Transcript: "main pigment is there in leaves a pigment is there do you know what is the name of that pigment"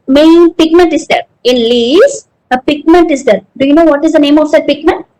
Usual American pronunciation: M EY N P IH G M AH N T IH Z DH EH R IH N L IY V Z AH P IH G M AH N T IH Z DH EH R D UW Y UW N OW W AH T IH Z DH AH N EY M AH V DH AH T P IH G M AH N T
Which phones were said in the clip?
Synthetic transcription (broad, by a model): M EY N P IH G M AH N T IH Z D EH R IH N L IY Z AH P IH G M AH N T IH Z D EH R D UW Y UW N OW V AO T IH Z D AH N EY M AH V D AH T P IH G M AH N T